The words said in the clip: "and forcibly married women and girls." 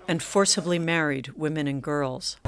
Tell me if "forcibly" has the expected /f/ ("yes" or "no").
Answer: yes